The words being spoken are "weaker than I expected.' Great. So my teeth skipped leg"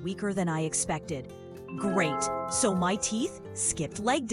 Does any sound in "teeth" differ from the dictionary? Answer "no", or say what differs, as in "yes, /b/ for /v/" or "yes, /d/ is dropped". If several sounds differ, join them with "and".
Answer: no